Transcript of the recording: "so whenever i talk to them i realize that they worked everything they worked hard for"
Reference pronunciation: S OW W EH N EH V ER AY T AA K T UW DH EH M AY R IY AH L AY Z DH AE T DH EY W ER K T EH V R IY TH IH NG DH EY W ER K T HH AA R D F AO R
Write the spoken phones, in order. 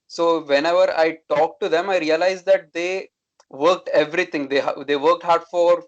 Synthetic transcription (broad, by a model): S OW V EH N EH V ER AY T AA K T UW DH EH M AY R IY AH L AY Z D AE T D EY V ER K T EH V R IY T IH NG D EY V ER K T HH AA R D F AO R